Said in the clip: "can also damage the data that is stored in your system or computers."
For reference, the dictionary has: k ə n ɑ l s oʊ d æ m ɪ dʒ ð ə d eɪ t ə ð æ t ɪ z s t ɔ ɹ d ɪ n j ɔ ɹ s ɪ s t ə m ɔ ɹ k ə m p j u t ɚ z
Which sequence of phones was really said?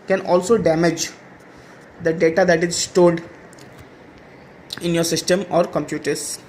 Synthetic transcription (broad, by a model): k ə n ɑ l s oʊ d æ m ɪ dʒ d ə d eɪ t ə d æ t ɪ z s t ɔ l d ɪ n j ɔ ɹ s ɪ s t ə m ɔ ɹ k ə m p j u t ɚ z